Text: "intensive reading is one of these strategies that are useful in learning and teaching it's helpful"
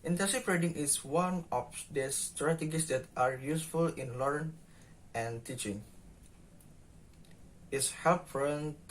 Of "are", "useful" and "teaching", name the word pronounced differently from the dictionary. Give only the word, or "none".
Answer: none